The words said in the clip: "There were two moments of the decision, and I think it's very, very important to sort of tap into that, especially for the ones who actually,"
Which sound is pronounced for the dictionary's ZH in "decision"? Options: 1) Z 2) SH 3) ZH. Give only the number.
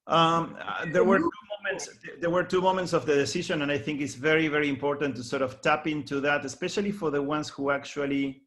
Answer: 2